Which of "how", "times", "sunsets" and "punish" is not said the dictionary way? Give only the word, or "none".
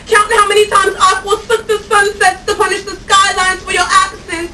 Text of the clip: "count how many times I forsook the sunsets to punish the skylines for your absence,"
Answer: none